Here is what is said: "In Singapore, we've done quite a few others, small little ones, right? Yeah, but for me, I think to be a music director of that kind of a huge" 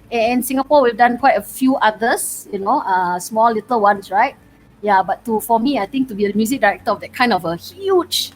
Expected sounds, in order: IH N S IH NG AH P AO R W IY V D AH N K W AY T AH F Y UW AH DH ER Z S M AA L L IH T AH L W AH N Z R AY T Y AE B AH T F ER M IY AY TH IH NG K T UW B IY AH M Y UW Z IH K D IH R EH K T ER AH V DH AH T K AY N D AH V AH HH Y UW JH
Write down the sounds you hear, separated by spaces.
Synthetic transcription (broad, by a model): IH N S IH NG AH P AO W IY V D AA N K W AY T AH F Y UW AH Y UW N S M AA L L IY T AH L W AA N S R AY T Y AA B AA T F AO M IY AY T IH NG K T UW B IY AH M Y UW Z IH K D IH R EH K T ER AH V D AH T K AY N D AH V AH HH Y UW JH